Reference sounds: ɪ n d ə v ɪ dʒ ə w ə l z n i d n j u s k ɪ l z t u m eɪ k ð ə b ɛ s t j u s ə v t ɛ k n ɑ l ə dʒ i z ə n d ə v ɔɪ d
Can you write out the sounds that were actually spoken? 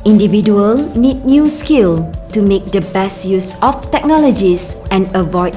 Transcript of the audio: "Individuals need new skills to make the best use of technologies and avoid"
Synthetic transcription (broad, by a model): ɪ n d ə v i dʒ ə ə l n i d n j u s k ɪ l t u m eɪ k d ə b ɛ s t j u s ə f t ɛ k n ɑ l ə dʒ i s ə n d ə v ɔɪ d